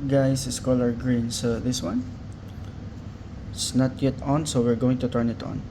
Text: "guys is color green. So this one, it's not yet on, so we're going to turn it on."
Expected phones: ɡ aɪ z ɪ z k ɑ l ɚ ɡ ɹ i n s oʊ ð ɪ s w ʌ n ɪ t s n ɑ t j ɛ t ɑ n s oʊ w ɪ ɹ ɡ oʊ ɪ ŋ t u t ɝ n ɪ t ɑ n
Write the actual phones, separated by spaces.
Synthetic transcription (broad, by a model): ɡ aɪ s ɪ s k ɑ l ɚ ɡ ɹ i n s oʊ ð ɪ s w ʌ n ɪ s n ɑ t j ɛ t ɑ n s oʊ w ɪ ɹ ɡ oʊ ɪ ŋ t u t ɝ n ɪ t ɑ n